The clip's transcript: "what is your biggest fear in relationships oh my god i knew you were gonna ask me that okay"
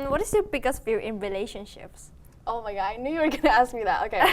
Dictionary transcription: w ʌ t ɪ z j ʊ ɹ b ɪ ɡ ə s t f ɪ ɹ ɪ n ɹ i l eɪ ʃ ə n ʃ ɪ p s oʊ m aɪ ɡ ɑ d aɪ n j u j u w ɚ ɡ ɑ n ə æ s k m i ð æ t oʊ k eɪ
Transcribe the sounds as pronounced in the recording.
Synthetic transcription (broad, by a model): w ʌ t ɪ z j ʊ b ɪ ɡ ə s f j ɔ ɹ ɪ n ɹ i l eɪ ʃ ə n ʃ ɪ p s oʊ m aɪ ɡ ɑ aɪ n j u j u w ɚ ɡ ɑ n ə æ s k m i ð æ t oʊ k eɪ